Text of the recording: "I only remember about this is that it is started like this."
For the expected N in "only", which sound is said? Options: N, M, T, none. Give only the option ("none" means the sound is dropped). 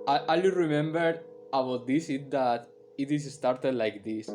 none